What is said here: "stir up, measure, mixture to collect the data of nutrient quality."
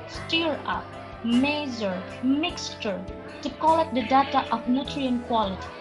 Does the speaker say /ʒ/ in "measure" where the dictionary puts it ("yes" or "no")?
no